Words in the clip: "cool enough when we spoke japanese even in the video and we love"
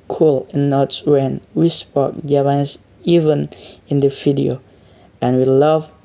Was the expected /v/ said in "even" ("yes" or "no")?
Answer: yes